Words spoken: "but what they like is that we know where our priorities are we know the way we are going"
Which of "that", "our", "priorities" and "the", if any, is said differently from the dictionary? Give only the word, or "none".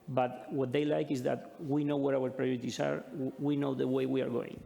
priorities